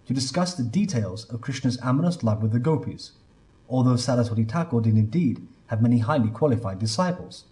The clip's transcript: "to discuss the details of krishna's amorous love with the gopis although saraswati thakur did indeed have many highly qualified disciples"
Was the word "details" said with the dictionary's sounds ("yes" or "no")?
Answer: yes